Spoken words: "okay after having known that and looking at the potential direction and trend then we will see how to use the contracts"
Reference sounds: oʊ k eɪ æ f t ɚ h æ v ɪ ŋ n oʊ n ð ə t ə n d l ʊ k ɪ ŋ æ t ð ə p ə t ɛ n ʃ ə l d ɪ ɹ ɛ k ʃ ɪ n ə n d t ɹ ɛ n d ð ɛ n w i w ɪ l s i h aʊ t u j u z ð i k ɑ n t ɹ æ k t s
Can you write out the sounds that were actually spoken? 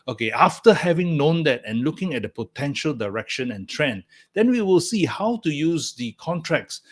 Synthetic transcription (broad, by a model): oʊ k eɪ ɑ f t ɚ h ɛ v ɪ ŋ n oʊ n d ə t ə n l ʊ k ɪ ŋ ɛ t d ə p ə t ɛ n ʃ ə l d ɪ ɹ ɛ k ʃ ɪ n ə n t ɹ ɛ n d ɛ n w i w ɪ l s i h aʊ t u j u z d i k ɑ n t ɹ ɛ k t s